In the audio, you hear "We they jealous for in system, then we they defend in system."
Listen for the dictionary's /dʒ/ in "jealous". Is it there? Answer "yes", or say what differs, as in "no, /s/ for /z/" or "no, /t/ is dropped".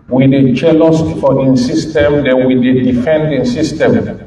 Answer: no, /tʃ/ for /dʒ/